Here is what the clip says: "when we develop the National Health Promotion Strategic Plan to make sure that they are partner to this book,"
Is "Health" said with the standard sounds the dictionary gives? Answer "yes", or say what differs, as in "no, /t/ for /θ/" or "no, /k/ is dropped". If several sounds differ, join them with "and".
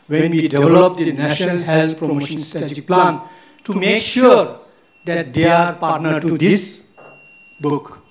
no, /t/ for /θ/